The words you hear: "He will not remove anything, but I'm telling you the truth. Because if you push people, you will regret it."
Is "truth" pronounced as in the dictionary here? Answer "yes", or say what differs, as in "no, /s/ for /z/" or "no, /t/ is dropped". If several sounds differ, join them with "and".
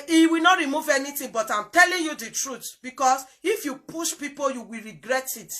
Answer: no, /t/ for /θ/